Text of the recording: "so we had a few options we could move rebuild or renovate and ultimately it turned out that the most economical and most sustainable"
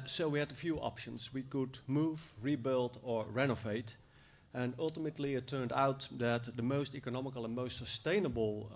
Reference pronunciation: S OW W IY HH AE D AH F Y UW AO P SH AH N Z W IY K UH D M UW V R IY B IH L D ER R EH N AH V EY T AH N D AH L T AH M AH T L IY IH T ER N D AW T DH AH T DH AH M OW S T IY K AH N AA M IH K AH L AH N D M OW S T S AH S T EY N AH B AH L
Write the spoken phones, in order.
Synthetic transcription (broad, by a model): S OW W IY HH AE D AH F Y UW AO P SH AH N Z W IY K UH D M UW V R IY B IH L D ER R EH N AH V EY T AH N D AH L T AH M AH T L IY IH T ER N D AW T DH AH T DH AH M OW S T IY K AH N AA M IH K AH L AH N M OW S T S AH S T EY N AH B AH L